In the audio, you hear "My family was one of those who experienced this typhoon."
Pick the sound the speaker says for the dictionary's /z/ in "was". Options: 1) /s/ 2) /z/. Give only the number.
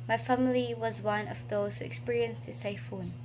2